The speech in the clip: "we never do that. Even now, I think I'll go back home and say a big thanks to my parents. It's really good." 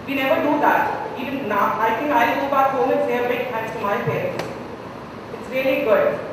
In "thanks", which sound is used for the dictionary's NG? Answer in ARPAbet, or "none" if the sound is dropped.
none